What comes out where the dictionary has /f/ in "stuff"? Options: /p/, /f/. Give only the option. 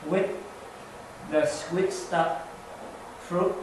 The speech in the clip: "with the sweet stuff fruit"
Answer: /p/